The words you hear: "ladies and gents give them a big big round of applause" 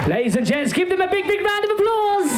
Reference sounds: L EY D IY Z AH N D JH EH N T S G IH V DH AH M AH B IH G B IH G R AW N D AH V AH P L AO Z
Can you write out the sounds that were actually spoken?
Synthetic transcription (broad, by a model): L EY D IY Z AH N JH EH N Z G IH V DH AH M AH B IH G B IH G R AW N D AH V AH P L AO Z